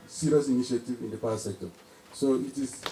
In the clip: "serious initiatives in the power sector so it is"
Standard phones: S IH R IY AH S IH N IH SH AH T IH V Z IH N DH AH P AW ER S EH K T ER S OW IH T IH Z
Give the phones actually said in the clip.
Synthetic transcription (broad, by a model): S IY R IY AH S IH N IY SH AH T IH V IH N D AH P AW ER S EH K T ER S OW IH T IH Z